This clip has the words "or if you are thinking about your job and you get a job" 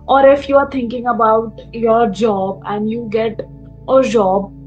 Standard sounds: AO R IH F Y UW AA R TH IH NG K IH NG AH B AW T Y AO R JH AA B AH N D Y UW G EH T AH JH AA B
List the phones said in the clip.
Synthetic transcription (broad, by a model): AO R IH F Y UW AA R T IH NG K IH NG AH B AW T Y AO R JH AA B AH N D Y UW G EH T AH JH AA B